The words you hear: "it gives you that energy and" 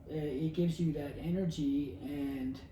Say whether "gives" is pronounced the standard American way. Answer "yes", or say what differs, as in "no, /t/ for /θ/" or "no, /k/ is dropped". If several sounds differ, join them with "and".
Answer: yes